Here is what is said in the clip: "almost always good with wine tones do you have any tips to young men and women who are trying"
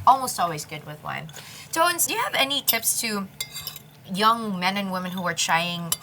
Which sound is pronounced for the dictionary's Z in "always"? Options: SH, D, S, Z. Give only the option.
Z